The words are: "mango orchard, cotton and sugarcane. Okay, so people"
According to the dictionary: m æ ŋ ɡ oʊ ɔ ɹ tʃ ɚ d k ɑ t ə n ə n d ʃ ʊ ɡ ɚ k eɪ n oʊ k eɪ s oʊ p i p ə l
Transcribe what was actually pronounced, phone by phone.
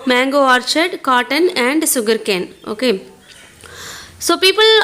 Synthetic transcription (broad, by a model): m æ ŋ ɡ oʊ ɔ ɹ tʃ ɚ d k ɑ t ə n ə n d s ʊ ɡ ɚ k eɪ n oʊ k eɪ s oʊ p i p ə l